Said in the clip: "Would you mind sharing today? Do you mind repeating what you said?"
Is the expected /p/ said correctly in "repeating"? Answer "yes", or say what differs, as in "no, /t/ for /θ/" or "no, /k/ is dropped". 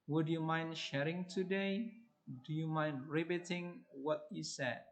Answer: no, /b/ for /p/